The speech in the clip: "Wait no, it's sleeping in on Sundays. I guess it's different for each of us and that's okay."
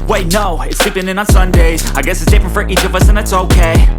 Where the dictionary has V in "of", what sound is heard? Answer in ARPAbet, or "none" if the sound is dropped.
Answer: V